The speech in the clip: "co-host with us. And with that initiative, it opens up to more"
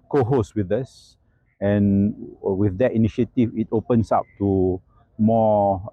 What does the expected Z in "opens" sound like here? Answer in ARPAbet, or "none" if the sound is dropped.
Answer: S